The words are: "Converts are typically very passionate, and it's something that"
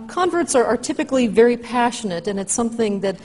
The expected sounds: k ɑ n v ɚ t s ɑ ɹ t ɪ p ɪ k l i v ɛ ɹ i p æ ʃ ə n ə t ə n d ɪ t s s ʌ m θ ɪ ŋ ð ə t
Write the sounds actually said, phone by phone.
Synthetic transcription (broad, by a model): k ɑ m v ɚ t s ɑ ɹ t ɪ p ɪ k l i v ɛ ɹ i p æ ʃ ə n ə t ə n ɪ t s s ʌ m θ ɪ ŋ ð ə t